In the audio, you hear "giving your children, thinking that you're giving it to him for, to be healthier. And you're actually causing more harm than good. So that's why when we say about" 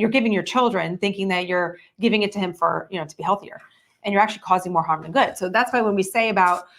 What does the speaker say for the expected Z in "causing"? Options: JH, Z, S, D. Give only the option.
Z